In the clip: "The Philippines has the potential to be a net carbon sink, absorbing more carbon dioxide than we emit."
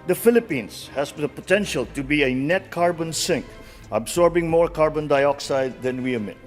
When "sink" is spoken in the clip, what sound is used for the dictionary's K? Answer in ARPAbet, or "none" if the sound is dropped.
K